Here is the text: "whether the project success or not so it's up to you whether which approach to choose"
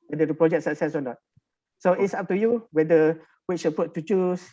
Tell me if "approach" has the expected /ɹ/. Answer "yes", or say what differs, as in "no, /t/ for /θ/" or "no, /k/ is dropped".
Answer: no, /ɹ/ is dropped